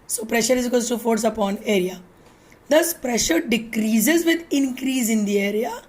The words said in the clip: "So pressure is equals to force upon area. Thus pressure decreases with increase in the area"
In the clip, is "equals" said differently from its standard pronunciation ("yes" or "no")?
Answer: yes